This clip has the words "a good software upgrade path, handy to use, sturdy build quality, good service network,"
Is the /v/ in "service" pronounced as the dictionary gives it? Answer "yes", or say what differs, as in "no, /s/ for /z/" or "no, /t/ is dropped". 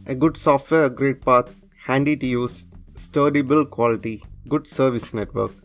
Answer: yes